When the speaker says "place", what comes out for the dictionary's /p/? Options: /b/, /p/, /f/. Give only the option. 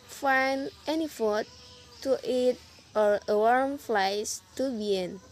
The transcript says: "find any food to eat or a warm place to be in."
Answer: /f/